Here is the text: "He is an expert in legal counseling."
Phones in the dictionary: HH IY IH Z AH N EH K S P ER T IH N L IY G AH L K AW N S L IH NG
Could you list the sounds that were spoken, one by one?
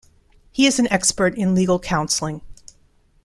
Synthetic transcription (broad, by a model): HH IY IH Z N EH K S P ER T IH N L IY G L K AW N S L IH NG